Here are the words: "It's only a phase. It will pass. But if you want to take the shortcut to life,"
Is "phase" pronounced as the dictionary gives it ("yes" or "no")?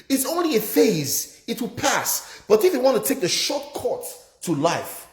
yes